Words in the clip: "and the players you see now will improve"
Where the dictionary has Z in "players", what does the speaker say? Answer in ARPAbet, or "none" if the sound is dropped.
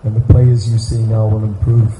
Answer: Z